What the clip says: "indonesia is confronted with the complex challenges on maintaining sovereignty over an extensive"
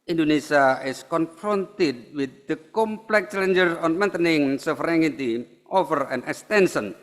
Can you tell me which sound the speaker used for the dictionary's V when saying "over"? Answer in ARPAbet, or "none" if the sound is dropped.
F